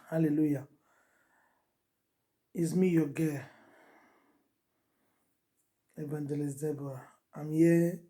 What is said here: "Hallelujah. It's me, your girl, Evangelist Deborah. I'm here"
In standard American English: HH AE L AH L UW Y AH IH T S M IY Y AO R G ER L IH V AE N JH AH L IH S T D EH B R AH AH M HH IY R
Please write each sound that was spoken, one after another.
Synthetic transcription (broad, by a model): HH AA L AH L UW Y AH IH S M IY Y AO G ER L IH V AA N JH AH L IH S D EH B AH AH M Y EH